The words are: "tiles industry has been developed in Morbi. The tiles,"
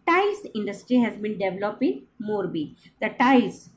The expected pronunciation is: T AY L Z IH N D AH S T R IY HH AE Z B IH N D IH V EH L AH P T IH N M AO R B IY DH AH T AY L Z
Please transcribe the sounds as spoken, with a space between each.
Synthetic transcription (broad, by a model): T AY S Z IH N D AH S T R IY HH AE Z B IH N D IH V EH L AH P IH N M AO R B IY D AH T AY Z